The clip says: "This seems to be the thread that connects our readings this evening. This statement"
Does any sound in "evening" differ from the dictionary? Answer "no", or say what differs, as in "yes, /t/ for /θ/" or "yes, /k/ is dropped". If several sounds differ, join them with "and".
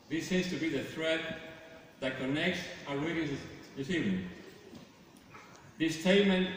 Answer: yes, /n/ is dropped